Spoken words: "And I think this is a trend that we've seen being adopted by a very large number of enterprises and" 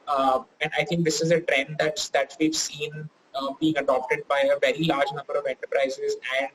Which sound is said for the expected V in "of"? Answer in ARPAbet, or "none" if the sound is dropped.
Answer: V